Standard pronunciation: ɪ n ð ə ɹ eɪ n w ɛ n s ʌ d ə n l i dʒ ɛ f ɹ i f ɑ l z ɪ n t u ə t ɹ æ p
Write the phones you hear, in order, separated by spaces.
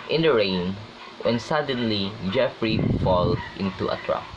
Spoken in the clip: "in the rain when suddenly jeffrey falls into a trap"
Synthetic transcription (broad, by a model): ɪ n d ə ɹ eɪ n w ɛ n s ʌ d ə n l i dʒ ɛ f ɹ i f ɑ l ɪ n t u ə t ɹ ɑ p